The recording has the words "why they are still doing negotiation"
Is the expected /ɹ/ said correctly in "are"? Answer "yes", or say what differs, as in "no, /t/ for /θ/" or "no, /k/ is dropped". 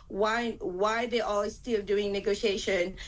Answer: no, /l/ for /ɹ/